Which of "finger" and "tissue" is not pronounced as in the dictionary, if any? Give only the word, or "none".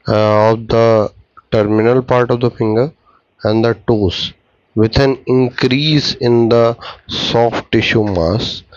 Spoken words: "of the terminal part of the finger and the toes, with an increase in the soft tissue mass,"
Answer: none